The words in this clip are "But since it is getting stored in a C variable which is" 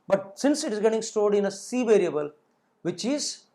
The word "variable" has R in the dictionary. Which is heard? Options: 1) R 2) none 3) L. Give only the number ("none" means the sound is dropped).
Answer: 1